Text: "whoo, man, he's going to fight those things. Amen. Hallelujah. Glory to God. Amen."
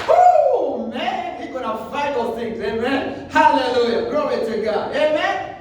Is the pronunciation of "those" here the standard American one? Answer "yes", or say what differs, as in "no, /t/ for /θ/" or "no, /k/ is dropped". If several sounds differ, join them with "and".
no, /z/ is dropped